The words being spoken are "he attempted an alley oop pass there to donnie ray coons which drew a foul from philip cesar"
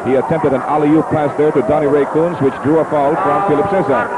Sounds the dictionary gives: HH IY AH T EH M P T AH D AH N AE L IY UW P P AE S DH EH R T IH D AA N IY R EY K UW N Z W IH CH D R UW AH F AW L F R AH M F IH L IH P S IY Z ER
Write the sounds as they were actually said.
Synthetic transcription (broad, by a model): HH IY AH T EH M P T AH D AH N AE L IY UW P P AE S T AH R T IH D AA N IY R EY K UW N Z W IH CH D R UW AH F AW L F R AH M F IH L IH P S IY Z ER